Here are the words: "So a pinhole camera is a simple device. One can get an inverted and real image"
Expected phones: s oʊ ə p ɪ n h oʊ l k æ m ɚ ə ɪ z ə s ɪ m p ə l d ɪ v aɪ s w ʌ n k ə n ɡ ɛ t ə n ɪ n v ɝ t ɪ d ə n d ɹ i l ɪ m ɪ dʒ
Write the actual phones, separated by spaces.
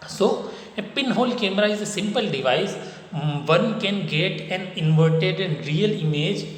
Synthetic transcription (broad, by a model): s oʊ ə p ɪ n h oʊ l k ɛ m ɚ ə ɪ z ə s ɪ m p ə l d ɪ v aɪ s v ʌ n k ə n ɡ ɛ t ə n ɪ n v ɝ t ɪ d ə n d ɹ i l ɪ m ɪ dʒ